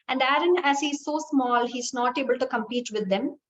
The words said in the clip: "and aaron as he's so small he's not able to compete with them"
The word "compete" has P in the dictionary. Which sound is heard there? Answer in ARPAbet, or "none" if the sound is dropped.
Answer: P